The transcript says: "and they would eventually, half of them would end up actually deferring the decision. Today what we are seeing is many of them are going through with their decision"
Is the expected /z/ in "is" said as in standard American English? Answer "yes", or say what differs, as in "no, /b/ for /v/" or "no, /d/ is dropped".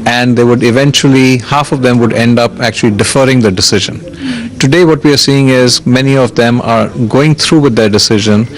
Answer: yes